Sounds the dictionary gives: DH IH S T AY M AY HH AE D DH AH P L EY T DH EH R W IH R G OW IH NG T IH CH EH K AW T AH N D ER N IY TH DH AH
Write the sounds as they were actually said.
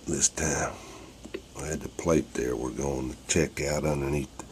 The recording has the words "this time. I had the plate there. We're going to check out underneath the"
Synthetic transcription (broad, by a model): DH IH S T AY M AY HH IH D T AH P L EY T DH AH R W IH R G OW IH NG T IH CH EH K AW T AH N D ER N IY TH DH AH